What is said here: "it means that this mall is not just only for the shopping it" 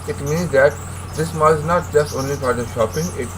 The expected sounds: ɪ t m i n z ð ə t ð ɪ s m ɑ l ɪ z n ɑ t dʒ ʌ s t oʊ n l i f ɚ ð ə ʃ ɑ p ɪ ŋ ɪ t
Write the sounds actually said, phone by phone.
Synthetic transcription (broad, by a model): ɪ t m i n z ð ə t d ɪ s m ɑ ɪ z n ɑ t dʒ ʌ s t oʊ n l i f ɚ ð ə ʃ ɑ p ɪ ŋ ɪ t